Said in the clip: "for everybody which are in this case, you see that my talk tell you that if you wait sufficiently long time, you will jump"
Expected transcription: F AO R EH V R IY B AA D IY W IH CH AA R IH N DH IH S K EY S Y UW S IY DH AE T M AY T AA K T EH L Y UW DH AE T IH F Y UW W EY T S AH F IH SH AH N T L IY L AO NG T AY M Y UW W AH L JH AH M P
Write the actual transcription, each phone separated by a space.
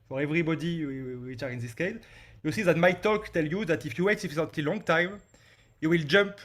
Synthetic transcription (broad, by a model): F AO R EH V R IY B AA D IY W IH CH AA R IH N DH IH S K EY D Y UW S IY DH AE T M AY T AA K T EH L Y UW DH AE T IH F Y UW W EY T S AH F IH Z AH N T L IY L AO NG T AY M Y UW W AH L JH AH M P